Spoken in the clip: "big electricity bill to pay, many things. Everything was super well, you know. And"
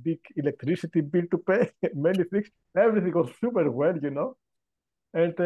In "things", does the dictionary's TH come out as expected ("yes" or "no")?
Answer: no